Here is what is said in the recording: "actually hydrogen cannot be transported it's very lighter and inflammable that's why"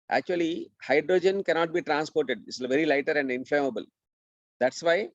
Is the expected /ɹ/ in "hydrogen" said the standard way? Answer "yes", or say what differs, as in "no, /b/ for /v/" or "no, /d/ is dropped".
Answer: yes